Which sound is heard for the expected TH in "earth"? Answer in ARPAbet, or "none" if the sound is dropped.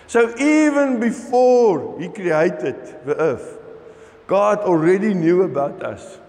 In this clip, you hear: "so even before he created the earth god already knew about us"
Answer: F